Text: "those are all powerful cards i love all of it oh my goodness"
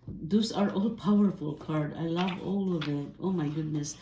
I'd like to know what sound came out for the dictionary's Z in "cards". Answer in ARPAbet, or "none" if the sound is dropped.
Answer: none